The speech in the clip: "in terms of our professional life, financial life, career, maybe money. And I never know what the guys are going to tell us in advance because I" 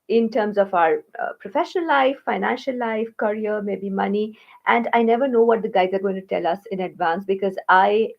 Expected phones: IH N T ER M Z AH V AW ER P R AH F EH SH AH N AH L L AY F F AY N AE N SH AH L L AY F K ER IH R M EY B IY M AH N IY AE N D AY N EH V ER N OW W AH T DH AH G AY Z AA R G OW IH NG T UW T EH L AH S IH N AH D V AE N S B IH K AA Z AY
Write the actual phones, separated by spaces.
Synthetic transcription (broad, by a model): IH N T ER M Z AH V AW ER P R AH F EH SH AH N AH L L AY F F AY N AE N SH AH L L AY F K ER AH R M EY B IY M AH N IY AE N D AY N EH V ER N OW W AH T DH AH G AY Z AA R G OW IH NG T UW T EH L AH S IH N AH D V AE N S B IH K AA Z AY